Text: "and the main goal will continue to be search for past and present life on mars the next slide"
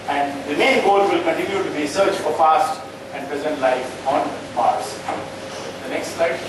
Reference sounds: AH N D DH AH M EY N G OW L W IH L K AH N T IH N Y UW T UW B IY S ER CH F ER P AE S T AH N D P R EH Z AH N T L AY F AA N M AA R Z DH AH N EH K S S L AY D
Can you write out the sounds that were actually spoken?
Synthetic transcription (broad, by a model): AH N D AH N EY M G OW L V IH L K AH N T IH N Y UW T UW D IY S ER CH F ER F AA S T AH N D P R EH Z AH N T L AY F AA N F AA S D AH N EH K S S L AY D